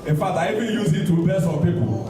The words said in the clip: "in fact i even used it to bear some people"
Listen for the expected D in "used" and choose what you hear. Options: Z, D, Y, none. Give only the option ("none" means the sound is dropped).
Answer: none